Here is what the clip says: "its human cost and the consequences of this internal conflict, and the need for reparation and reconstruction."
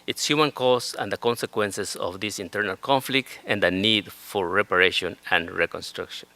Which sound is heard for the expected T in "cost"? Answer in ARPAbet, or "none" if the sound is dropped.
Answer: none